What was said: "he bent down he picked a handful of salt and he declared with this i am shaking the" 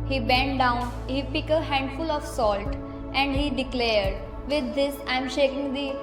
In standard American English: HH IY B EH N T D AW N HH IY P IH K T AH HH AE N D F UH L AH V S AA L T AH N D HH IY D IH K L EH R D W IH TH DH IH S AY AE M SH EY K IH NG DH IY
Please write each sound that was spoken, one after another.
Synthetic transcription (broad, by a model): HH IY B EH N T D AW N HH IY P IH K AH HH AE N D F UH L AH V S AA L T AH N D HH IY D IH K L EH R D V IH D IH S AY M SH EY K IH NG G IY